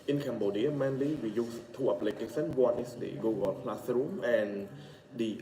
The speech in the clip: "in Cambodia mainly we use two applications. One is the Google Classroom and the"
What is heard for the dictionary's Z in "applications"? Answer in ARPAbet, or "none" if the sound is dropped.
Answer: none